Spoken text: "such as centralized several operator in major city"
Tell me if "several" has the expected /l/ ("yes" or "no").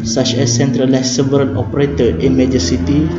no